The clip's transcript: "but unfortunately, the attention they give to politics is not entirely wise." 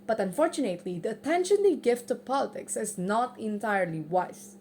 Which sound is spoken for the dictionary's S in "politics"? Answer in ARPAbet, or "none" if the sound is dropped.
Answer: S